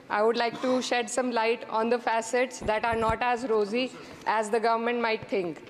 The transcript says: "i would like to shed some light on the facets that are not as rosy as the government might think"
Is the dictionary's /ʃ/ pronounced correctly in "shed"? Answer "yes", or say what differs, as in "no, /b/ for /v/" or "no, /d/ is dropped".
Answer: yes